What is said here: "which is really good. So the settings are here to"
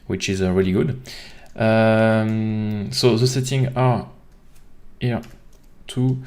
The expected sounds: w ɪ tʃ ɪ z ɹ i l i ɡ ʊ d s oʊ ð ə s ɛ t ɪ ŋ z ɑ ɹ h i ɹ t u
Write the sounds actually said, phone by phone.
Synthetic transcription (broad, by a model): w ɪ tʃ ɪ z ɹ i l i ɡ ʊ d s oʊ ð ə s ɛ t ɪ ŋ ɑ ɹ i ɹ t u